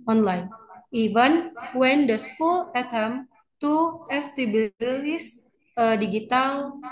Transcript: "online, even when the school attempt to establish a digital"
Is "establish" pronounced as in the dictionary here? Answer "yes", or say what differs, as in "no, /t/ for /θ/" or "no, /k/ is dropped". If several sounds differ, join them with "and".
no, /s/ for /ʃ/